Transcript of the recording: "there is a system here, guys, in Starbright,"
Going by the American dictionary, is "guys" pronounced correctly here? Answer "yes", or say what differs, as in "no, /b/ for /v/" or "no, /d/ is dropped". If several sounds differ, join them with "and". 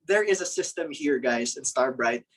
yes